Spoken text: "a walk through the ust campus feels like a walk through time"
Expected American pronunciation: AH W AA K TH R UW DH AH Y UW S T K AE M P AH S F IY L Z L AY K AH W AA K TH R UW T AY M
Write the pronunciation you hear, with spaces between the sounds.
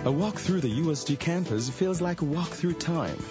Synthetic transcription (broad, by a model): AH W AA K TH R UW DH AH Y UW S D K AE M P AH S F IY L Z L AY K AH W AA K TH R UW T AY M